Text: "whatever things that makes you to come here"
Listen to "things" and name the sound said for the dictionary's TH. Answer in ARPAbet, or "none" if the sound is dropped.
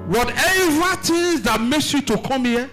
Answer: T